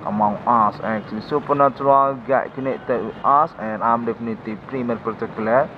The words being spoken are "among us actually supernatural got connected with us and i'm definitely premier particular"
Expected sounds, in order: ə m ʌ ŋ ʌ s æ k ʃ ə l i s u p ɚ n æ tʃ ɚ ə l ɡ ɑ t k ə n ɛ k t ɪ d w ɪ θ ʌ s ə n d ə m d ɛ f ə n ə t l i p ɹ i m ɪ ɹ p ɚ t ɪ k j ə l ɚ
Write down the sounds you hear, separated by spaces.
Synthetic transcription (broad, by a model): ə m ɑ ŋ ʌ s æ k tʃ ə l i s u p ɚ n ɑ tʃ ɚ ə l ɡ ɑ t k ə n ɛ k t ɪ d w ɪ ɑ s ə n ə m d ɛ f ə n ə t i p ɹ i m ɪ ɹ p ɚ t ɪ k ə l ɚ